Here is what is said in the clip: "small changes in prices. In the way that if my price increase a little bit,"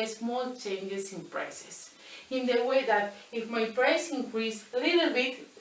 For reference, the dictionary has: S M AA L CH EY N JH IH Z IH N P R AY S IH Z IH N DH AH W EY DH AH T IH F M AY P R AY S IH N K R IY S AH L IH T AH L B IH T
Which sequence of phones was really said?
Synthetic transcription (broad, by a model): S M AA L CH EY N JH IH S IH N P R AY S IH S IH N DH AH W EY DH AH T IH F M AY P R AY S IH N K R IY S AH L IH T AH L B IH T